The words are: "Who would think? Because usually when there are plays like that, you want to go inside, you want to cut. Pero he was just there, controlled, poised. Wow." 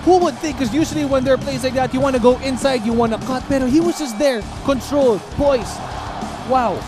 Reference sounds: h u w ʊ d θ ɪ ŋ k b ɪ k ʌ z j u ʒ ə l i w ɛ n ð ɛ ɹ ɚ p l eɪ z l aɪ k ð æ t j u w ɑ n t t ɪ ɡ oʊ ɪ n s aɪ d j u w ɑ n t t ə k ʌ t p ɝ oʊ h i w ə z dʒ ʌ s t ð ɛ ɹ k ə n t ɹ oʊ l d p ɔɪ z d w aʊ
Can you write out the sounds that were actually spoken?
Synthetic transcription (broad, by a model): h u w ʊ d θ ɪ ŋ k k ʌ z j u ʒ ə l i w ɛ n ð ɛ ɹ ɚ p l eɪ s l aɪ k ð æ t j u w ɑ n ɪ ɡ oʊ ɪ n s aɪ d j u w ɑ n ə k ʌ t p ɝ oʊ h i w ə z dʒ ʌ s t ð ɛ ɹ k ə n t ɹ oʊ l d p ɔɪ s w aʊ